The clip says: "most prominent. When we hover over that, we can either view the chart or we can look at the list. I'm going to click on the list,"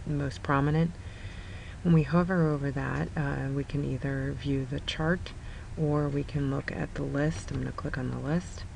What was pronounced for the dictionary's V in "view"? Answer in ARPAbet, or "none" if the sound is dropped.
V